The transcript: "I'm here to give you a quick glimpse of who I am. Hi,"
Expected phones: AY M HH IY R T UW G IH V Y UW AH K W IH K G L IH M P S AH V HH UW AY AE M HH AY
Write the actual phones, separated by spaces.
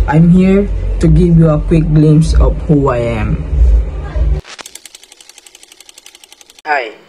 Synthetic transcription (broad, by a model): AY M HH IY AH T UW G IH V Y UW AH K W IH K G L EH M S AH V HH UW AY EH M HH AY